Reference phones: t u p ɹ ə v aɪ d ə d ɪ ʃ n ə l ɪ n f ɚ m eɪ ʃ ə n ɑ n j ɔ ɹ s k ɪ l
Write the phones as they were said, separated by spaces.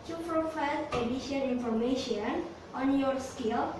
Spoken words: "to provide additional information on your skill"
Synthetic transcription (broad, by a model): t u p ɹ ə f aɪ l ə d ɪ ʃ ə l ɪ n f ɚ m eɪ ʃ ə n ɑ n j ɔ ɹ s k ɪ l